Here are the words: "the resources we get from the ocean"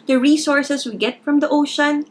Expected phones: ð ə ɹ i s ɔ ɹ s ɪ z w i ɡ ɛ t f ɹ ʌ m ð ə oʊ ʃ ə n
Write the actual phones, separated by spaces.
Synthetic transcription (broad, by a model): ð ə ɹ i s ɔ ɹ s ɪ s w i ɡ ɛ t f ɹ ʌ m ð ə oʊ ʃ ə n